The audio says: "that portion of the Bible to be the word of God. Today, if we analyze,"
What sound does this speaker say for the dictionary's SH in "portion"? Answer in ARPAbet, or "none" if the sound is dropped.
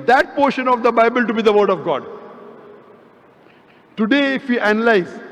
SH